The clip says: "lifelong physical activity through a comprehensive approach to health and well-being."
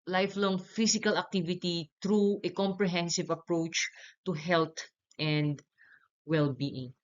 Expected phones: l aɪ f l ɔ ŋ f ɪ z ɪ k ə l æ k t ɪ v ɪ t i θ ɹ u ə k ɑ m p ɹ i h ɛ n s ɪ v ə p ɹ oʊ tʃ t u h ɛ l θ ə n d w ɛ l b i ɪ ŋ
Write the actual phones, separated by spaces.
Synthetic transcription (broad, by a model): l aɪ f l ɔ ŋ f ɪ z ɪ k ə l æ k t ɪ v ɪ t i t ɹ u ə k ɑ m p ɹ i h ɛ n s ɪ v ə p ɹ oʊ tʃ t u h ɛ l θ ə n d w ɛ l b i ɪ ŋ